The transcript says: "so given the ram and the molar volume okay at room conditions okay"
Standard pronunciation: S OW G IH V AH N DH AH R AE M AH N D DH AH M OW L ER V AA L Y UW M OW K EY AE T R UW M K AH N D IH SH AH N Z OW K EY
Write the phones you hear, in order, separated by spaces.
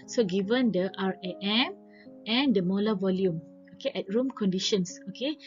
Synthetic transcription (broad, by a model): S OW G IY V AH N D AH R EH M AH N D AH M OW L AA V AA L Y UW M OW K EY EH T R UW M K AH N D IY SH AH N S OW K EY